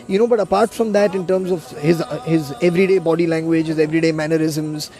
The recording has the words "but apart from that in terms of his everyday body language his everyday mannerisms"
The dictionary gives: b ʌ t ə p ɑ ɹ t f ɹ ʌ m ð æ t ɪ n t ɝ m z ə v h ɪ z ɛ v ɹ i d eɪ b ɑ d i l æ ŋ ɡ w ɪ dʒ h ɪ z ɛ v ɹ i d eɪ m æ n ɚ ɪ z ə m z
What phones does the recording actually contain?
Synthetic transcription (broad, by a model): b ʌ t ə p ɑ ɹ t f ɹ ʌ m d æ t ɪ n t ɝ m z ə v h ɪ z ɛ v ɹ i d eɪ b ɑ d i l æ ŋ ɡ w ɪ dʒ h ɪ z ɛ v ɹ i d eɪ m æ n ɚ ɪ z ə m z